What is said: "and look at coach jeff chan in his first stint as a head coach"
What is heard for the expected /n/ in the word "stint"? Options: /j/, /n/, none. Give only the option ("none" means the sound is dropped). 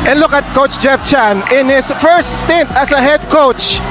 /n/